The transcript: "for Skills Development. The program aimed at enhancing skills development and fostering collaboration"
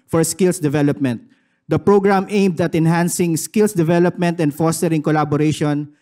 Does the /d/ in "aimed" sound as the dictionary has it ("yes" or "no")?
yes